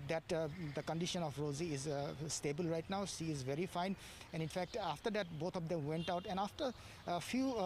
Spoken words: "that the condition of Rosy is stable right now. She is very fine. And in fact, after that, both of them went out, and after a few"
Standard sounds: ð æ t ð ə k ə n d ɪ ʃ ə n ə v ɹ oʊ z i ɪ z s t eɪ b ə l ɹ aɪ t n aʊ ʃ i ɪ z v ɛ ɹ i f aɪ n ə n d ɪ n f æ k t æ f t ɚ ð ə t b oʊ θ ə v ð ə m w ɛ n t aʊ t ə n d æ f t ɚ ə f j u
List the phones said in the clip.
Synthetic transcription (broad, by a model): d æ t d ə k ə n d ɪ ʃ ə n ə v ɹ oʊ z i ɪ z s t eɪ b ə l ɹ aɪ t n aʊ s i ɪ z v ɛ ɹ i f aɪ n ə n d ɪ n f æ k t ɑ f t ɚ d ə t b oʊ t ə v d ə m w ɛ n t aʊ t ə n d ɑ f t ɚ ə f j u